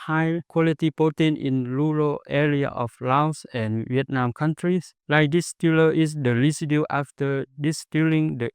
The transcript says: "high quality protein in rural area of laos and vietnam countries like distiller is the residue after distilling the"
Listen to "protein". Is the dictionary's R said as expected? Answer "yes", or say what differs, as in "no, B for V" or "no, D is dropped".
no, R is dropped